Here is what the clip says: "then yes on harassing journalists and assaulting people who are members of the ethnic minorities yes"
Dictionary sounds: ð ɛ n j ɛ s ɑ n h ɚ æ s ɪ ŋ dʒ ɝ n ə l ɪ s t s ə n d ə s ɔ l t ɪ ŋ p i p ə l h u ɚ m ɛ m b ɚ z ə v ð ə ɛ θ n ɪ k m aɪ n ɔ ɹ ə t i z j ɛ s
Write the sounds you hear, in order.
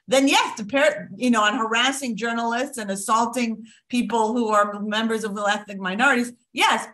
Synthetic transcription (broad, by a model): ð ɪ n j ɛ s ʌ n h ɚ æ s ɪ ŋ dʒ ɝ n l ɪ s t s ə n ə s ɔ l t ɪ ŋ p i p l h u ɚ m ɛ m b ɚ z ə v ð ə ɛ θ n ɪ k m aɪ n ɔ ɹ ə t i z j ɛ s